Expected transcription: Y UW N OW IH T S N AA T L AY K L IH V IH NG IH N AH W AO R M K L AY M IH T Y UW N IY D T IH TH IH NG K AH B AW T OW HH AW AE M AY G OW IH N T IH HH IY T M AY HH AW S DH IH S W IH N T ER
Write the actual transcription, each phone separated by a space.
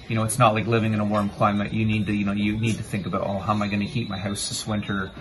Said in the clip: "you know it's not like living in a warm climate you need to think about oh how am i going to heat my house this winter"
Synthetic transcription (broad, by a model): Y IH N OW IH T S N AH T L AY K L IH V IH NG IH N AH W AO R M K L AY M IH T Y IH N IY D T IH TH IH NG K AH B AW T OW HH AW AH M AY G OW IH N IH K IY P M AY HH AW S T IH S W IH N T ER